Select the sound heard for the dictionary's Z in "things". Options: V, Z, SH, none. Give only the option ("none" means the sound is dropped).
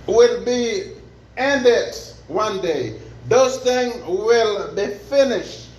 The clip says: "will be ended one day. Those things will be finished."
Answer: none